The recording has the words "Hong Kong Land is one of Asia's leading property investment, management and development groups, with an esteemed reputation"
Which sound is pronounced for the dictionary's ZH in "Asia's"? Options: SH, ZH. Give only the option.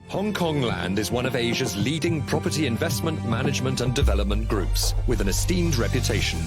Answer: ZH